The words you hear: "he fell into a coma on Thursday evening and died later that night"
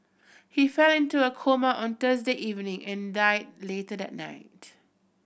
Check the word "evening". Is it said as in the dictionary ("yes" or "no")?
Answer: yes